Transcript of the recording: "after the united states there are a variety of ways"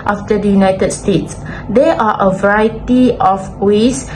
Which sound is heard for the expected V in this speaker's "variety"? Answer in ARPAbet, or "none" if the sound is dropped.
V